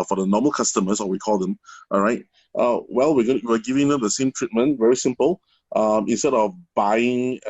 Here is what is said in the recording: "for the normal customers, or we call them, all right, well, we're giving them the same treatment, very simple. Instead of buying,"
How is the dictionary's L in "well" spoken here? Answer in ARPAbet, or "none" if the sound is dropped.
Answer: L